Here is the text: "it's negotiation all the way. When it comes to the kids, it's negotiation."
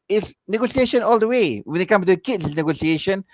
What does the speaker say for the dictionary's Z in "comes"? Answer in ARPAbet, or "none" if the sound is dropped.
none